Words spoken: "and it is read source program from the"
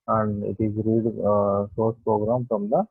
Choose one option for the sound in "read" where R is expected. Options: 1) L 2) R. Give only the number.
2